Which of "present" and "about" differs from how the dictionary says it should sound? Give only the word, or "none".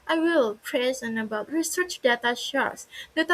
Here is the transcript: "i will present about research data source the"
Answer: present